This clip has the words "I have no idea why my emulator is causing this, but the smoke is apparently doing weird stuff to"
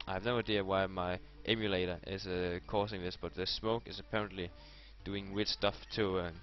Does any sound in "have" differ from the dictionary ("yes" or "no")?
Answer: no